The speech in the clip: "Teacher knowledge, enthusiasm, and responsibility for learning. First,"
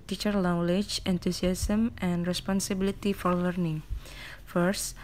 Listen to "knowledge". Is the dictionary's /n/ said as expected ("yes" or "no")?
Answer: no